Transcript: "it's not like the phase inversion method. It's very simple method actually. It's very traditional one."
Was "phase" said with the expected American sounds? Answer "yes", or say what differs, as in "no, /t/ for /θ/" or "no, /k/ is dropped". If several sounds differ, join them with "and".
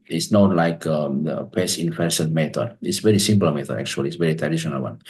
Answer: no, /p/ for /f/ and /s/ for /z/